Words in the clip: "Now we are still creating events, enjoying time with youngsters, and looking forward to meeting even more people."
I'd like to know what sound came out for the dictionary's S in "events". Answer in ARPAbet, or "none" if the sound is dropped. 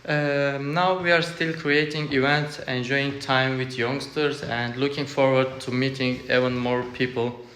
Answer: S